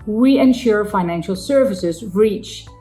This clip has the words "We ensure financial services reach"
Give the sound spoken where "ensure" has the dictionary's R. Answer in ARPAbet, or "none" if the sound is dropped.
R